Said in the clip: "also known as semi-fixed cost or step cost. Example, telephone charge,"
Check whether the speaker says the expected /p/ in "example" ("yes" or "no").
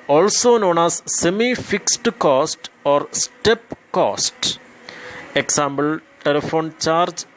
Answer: no